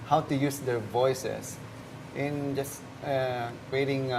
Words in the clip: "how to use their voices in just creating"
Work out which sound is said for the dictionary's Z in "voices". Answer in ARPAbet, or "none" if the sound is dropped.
S